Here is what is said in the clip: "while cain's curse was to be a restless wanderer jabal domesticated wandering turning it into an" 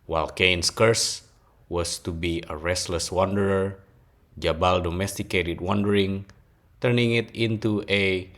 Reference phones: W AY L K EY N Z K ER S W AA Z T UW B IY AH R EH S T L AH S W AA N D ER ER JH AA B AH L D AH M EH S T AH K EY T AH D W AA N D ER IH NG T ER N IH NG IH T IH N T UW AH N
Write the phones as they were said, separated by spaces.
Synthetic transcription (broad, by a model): W AY L K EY N S K ER S W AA S T UW B IY AH R EH S T L AH S W AA N D ER ER JH AA B AH L D AH M EH S T AH K EY T AH D W AA N D ER IH NG T ER N IH NG IH T IH N T UW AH